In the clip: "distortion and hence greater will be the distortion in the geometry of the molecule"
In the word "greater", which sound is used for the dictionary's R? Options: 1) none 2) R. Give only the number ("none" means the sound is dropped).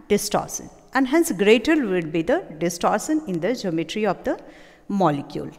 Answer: 2